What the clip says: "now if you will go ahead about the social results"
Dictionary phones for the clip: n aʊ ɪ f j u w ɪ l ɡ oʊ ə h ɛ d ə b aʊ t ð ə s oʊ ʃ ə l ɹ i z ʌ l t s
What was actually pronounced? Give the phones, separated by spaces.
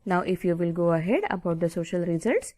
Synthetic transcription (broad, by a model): n aʊ ɪ f j u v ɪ l ɡ oʊ ə h ɛ d ə b aʊ t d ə s oʊ ʃ ə l ɹ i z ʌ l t s